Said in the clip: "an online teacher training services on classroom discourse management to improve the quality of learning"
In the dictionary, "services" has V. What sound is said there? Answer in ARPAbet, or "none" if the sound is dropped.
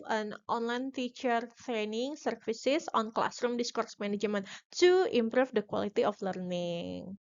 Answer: F